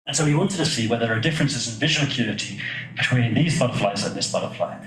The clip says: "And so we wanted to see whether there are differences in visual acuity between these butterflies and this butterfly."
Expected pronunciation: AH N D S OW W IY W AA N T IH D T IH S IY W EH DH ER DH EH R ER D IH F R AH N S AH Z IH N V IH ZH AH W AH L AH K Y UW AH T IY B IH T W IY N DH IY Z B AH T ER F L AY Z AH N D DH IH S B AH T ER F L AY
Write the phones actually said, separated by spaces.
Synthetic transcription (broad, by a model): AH N S OW W IY W AA N T IH D T IH S IY W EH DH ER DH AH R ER D IH F R AH N S AH Z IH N V IH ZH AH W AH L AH K Y UW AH T IY B IH T W IY N DH IY Z B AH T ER F L AY Z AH N DH IH S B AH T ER F L AY